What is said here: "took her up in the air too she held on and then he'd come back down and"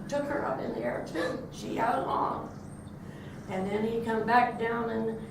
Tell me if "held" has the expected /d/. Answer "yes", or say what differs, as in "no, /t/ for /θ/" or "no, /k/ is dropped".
no, /d/ is dropped